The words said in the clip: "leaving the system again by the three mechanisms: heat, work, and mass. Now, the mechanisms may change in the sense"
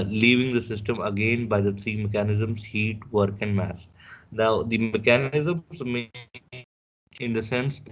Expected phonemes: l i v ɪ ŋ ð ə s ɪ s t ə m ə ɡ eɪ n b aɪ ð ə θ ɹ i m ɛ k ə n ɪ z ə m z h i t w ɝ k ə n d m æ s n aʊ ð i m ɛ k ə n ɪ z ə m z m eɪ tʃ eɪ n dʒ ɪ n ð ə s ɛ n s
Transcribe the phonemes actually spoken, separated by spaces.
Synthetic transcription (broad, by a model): l i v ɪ ŋ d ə s ɪ s t ə m ə ɡ eɪ n b aɪ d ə t ɹ i m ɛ k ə n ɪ z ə m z h i t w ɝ k ə n d m æ s n aʊ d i m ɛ k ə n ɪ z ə m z m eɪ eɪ dʒ ɪ n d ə s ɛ n s